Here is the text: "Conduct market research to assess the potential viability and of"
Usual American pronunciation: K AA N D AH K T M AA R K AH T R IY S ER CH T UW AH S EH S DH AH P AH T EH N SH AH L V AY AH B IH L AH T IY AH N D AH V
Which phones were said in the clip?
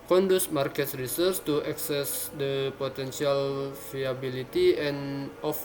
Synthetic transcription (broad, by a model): K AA N D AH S M AA R K AH T R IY S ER S T UW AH S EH S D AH P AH T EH N S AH L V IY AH B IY L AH T IY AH N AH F